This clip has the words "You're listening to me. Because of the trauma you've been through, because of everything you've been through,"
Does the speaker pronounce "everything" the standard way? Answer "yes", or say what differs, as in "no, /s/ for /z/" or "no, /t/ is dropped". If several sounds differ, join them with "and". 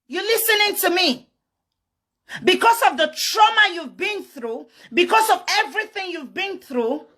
yes